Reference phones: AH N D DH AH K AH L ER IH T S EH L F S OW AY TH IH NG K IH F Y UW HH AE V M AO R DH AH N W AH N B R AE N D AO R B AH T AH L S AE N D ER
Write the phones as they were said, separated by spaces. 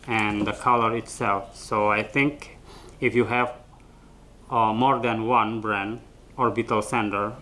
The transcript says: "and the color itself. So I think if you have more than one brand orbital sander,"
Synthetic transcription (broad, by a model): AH N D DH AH K AH L ER IH T S EH L F S OW AY TH IH NG K IH F Y UW HH AE V M AO R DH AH N W AH N B R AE N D AO R B AH T AH L S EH N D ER